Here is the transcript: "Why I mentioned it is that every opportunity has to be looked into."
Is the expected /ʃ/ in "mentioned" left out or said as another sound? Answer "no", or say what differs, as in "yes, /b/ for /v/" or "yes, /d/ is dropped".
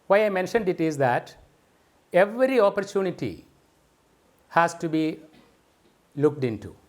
no